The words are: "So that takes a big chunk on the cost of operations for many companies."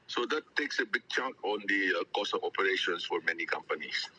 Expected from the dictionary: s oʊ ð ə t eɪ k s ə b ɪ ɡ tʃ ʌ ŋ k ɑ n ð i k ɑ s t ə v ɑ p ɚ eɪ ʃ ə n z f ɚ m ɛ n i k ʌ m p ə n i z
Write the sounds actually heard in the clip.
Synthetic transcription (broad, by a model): s oʊ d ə t eɪ k s ə b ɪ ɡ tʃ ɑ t ɑ n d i k ɑ s ə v ɑ p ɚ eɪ ʃ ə n s f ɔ m ɛ n i k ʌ m p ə n i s